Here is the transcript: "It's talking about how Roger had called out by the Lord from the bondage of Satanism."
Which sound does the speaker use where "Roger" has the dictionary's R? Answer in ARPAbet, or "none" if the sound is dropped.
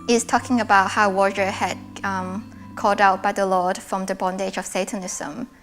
W